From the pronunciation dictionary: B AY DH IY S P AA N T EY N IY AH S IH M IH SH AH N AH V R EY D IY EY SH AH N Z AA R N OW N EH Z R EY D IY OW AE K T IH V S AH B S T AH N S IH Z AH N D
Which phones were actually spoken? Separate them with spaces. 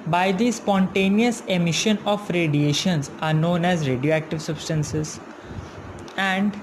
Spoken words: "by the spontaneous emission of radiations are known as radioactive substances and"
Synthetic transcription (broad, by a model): B AY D IY S P AA N T EY N IY AH S IH M IH SH AH N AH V R EY D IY EY SH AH N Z AA R N OW N EH Z R EY D IY OW AE K T IH V S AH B S T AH N S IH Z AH N D